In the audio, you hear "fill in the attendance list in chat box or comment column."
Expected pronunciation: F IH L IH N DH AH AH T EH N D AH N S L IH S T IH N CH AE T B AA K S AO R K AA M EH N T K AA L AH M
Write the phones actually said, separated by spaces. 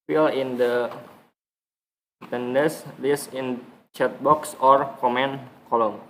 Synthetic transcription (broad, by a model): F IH L IH N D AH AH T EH N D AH S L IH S IH N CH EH T B AA K S AO R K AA M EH N K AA L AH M